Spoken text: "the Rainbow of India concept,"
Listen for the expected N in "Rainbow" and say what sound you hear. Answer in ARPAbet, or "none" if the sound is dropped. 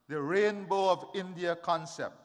N